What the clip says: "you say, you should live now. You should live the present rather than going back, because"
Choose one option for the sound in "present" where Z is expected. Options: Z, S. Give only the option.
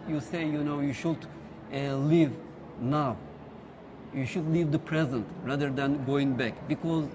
Z